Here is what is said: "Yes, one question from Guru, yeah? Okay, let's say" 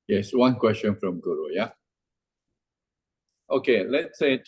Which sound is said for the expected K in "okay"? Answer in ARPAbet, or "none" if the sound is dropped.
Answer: K